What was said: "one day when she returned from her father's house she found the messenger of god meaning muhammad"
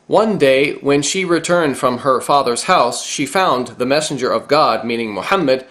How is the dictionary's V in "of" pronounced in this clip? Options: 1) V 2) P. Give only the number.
1